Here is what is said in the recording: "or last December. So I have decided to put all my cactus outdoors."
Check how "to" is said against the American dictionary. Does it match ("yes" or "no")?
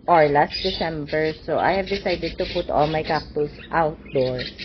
yes